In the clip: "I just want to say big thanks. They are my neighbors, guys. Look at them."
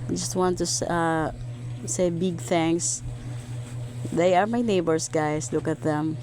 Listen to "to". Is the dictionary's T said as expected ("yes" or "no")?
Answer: no